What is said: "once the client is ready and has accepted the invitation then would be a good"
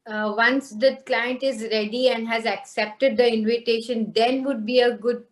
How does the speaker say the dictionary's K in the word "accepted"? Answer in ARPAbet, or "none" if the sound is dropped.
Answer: K